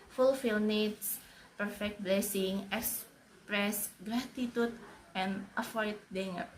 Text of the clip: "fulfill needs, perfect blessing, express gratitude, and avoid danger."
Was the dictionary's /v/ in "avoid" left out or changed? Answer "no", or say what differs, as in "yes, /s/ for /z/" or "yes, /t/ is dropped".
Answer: yes, /f/ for /v/